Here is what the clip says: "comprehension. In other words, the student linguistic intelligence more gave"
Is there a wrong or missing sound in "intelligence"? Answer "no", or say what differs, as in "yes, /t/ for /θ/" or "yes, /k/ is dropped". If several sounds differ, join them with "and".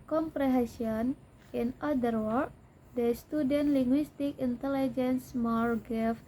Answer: no